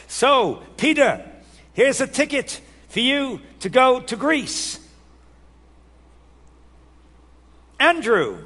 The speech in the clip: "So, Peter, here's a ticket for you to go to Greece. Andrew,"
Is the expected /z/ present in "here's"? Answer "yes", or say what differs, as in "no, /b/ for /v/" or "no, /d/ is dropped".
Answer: yes